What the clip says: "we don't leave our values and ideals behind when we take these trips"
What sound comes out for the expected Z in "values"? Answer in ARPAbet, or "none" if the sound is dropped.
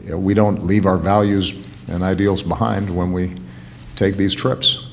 Z